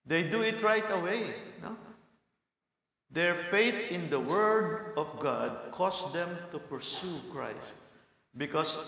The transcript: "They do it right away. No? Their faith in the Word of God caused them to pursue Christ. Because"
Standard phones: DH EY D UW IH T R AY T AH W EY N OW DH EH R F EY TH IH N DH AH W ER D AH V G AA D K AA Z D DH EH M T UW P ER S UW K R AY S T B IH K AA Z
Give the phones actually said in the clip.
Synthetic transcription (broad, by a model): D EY D UW IH T R AY T AH W EY N OW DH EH R F EY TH IH N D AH W ER D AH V G AA D K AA S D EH M T UW P ER S UW K R AY S T B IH K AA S